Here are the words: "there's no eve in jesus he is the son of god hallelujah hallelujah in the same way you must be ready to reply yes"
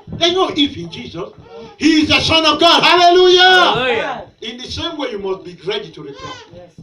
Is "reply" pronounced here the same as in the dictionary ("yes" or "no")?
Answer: no